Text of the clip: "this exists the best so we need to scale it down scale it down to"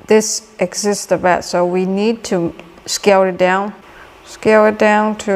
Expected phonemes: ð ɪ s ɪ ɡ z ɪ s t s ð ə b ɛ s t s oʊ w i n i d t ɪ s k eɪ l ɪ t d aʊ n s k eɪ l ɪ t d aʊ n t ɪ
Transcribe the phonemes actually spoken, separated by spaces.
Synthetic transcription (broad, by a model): ð ɪ s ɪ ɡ z ɪ s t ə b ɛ t s oʊ w i n i d t ɪ s k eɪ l ɪ t d aʊ n s k eɪ l ɪ t d aʊ n t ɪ